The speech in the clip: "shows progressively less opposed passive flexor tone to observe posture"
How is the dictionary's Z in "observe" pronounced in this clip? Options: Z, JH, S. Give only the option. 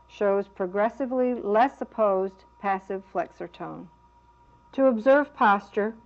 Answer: Z